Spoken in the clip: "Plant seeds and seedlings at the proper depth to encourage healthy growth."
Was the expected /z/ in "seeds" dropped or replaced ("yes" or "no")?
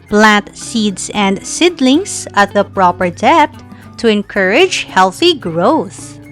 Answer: yes